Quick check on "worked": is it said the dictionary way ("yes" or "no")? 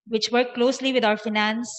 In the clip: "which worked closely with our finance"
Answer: no